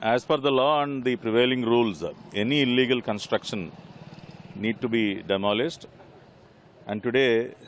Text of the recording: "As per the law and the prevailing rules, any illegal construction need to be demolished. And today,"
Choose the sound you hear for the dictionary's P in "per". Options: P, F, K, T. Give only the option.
F